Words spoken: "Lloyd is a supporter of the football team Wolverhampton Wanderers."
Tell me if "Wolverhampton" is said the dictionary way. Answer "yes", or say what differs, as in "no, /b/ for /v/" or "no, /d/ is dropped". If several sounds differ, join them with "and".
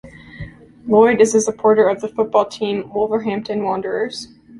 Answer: yes